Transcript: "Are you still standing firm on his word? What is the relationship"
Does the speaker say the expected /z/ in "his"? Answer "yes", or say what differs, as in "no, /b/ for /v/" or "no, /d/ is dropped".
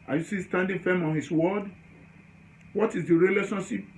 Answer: no, /s/ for /z/